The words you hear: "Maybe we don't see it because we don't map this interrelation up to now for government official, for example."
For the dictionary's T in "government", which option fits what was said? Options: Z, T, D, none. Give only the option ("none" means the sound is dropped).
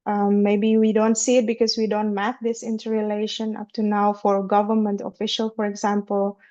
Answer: T